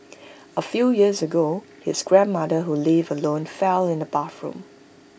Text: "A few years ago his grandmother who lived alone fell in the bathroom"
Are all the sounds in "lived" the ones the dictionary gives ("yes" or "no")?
no